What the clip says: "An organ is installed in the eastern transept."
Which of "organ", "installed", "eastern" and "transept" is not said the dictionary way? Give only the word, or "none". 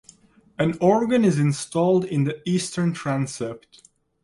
none